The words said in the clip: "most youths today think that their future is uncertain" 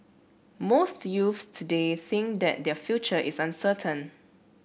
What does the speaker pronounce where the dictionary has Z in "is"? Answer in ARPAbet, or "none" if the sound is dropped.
S